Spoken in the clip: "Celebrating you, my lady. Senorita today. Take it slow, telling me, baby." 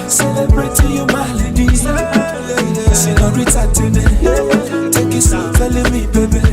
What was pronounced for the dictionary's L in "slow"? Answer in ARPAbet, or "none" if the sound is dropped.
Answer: none